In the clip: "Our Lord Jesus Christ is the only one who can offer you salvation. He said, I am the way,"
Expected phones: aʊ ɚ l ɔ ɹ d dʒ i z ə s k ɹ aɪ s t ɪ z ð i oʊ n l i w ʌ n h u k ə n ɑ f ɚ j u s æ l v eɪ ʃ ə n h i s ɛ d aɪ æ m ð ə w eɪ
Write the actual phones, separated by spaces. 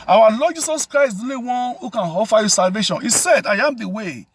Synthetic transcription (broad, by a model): aʊ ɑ l ɔ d dʒ i s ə s k ɹ aɪ s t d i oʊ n i w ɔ n h u k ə n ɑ f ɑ j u s æ l v eɪ ʃ ə n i s ɛ d aɪ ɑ m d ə w eɪ